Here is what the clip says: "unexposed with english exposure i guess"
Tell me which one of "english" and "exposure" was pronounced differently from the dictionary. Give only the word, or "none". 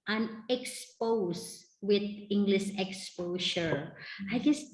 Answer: exposure